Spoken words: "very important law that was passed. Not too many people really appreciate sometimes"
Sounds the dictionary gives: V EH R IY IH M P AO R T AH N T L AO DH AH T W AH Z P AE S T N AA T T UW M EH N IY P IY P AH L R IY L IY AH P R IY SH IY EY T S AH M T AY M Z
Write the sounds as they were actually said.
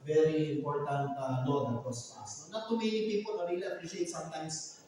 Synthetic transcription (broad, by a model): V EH R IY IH M P AO R T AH N T N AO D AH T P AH S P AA S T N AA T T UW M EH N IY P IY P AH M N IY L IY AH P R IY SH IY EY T S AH M T AY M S